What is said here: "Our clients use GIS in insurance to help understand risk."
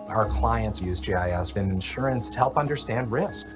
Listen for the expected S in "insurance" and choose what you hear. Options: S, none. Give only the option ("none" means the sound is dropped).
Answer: S